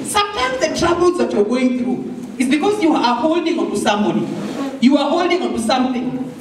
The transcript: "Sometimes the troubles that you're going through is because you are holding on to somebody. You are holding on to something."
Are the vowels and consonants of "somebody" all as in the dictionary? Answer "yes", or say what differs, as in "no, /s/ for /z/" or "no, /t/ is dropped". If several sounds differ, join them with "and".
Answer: no, /b/ is dropped